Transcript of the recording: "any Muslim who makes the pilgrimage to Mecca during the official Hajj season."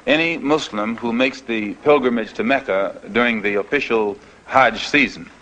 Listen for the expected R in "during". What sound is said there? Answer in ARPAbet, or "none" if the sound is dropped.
R